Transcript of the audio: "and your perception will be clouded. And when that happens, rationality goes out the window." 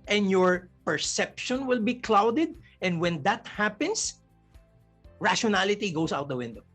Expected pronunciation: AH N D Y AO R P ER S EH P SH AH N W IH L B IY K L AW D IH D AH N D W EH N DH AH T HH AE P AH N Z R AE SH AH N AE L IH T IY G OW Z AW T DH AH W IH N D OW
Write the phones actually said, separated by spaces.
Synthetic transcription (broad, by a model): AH N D Y AO R P ER S EH P SH AH N W IH L B IY K L AW D IH D AH N D W EH N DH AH T HH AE P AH N S R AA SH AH N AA L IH T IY G OW S AW T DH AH W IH N D OW